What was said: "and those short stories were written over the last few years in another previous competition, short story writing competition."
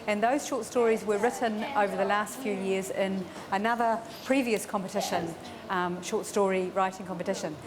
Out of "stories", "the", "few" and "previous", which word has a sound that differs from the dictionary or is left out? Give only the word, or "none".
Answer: none